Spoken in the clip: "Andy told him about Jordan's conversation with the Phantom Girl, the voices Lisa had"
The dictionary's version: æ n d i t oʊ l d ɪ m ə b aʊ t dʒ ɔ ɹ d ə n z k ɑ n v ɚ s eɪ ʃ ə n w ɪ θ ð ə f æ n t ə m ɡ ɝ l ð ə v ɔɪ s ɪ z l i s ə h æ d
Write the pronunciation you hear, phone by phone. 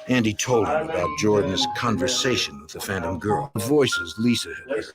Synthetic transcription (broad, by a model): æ n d i t oʊ l d ɪ m ə b aʊ t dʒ ɔ ɹ d n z k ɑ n v ɚ s eɪ ʃ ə n w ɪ ð ə f æ n t ə m ɡ ɝ l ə v ɔɪ s ɪ z l i s ə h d